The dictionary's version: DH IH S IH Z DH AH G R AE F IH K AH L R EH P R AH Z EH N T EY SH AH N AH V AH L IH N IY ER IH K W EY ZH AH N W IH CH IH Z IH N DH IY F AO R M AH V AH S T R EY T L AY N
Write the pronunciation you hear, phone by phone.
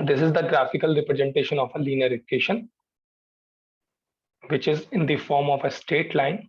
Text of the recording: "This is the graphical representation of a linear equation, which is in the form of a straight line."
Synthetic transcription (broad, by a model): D IH S IH Z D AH G R AE F IH K AH L R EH P R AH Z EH N T EY SH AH N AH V AH L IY N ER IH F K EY SH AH N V IH CH IH Z IH N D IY F AO R M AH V AH S T EY T L AY N